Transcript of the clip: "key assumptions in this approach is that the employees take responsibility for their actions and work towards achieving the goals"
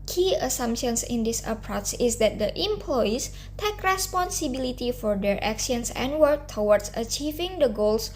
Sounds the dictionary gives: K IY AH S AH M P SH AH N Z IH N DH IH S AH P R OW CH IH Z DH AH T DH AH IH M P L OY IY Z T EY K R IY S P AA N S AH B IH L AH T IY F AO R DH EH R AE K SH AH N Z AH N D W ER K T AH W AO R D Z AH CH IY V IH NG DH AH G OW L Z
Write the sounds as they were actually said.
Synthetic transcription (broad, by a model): K IY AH S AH M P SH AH N S IH N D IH S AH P R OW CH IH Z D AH T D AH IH M P L OY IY S T EY K R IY S P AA N S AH B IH L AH T IY F AO R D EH R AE K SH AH N S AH N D W ER K T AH W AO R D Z AH CH IY V IH NG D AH G OW L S